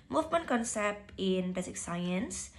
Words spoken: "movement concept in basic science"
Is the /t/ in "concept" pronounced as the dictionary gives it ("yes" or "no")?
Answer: yes